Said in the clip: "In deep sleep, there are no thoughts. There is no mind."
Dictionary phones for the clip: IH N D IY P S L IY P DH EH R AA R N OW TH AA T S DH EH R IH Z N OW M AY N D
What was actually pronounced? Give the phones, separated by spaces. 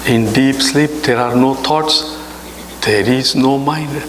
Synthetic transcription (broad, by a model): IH N D IY P S L IY P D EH R AA R N OW T AA T S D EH R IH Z N OW M AY N D